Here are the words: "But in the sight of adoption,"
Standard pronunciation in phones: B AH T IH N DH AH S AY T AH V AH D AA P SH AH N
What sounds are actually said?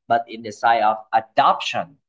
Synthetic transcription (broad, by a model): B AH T IH N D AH S AY AH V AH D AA P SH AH N